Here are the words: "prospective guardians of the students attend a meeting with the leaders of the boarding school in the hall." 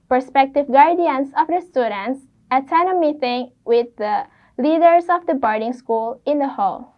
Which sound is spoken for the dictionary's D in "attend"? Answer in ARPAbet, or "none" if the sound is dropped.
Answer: none